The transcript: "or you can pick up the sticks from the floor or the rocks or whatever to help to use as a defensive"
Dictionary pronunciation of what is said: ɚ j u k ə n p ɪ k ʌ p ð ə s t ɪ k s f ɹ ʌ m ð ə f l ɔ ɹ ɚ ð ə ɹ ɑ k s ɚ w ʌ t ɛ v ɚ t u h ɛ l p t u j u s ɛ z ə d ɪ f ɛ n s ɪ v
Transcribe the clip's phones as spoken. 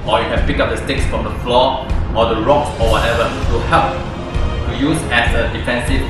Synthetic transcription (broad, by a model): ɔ j u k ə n p ɪ k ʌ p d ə s t ɪ k s f ɹ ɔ m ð ə f l ɔ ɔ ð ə ɹ ɑ k s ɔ w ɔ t ɛ v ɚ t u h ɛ p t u j u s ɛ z ə d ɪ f ɛ n s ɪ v